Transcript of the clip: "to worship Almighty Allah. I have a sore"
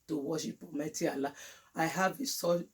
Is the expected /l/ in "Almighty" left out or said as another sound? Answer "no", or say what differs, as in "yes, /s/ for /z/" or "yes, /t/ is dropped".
yes, /l/ is dropped